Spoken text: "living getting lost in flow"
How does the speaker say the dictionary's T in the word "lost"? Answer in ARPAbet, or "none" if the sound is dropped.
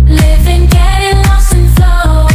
none